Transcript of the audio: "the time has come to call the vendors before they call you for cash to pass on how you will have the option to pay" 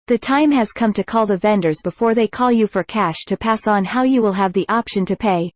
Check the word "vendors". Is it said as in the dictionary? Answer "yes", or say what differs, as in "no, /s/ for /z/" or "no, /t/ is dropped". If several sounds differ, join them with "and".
yes